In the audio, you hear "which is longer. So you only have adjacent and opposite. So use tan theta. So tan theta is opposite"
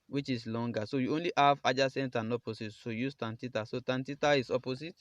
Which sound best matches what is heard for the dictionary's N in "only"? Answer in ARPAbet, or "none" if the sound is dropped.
N